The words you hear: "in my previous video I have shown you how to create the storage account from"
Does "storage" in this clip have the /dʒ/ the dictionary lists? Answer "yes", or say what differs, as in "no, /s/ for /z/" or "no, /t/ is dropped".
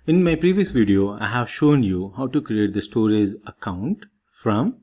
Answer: no, /z/ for /dʒ/